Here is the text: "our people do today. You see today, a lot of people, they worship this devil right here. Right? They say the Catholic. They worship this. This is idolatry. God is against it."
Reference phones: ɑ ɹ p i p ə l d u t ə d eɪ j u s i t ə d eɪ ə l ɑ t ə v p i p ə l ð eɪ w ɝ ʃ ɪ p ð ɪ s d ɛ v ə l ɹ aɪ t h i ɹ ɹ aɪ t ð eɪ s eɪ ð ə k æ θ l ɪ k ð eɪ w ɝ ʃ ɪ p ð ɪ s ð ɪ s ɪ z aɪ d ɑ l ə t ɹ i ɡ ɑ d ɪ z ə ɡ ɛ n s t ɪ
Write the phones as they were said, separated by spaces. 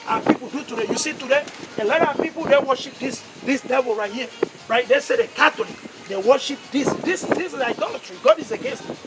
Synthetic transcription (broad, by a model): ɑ p i p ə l d u t ə d eɪ j u s i t ə d eɪ ə l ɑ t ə p i p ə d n w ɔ ʃ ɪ p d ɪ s d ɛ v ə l ɹ aɪ t h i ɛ ɹ aɪ t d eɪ s eɪ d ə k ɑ t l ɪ k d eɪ w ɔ ʃ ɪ p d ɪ s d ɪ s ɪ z aɪ d ɑ l ə t ɹ i ɡ ɑ d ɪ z ə ɡ ɛ n s t